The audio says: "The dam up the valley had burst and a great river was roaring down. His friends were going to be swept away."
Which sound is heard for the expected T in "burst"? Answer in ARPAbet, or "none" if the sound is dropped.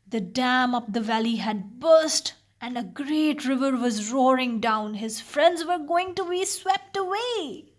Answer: T